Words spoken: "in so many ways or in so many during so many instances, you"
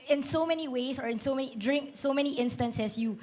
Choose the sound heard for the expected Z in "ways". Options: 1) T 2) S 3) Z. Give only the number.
2